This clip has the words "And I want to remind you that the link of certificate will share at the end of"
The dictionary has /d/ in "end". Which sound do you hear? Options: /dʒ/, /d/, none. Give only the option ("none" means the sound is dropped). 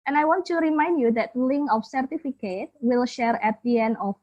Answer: none